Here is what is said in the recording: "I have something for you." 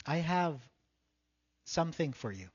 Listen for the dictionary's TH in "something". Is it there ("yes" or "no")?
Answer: yes